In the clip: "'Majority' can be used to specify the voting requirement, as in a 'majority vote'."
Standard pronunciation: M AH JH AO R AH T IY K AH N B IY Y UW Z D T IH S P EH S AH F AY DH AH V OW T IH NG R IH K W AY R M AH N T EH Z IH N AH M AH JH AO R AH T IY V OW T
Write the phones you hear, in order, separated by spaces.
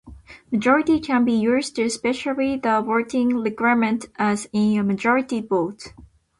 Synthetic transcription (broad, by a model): M AH JH AO R AH T IY K AH N B IY Y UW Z T IH S P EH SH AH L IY DH AH W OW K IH NG L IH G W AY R M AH N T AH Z IH N AH M AH JH AO R AH T IY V OW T